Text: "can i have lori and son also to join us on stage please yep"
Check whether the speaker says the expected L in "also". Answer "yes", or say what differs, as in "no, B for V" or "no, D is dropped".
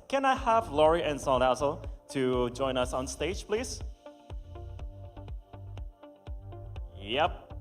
no, L is dropped